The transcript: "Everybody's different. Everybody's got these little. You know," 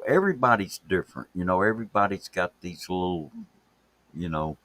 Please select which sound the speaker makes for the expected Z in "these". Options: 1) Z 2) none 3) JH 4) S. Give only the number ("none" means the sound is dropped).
1